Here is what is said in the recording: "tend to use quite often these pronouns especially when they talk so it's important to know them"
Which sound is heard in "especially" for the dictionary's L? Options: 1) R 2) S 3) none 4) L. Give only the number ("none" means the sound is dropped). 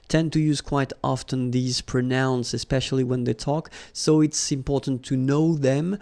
4